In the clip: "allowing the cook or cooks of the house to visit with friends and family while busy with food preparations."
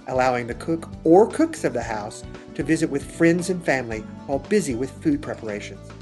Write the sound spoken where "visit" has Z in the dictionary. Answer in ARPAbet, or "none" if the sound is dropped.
Z